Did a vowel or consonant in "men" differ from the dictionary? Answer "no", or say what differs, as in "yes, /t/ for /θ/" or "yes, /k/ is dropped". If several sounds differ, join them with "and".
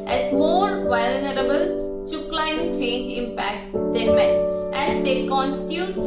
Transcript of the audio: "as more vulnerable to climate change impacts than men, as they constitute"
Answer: yes, /n/ is dropped